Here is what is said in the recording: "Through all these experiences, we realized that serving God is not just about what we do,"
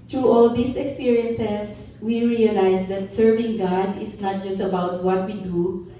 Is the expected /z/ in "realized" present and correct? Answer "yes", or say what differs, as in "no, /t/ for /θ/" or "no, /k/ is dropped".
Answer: no, /s/ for /z/